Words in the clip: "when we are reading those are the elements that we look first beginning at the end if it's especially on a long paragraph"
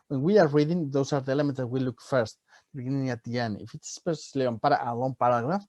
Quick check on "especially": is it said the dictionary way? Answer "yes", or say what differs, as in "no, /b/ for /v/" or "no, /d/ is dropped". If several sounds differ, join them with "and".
no, /s/ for /ʃ/